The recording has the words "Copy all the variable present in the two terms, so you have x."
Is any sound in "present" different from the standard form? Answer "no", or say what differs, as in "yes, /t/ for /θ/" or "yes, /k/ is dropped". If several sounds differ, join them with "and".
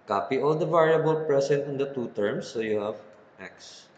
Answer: yes, /s/ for /z/